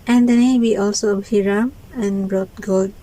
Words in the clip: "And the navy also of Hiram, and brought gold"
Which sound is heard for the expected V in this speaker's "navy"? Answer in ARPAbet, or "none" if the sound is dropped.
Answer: W